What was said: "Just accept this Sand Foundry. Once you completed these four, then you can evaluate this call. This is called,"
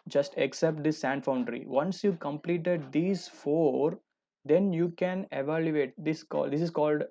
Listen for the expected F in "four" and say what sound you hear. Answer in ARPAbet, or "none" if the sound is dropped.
F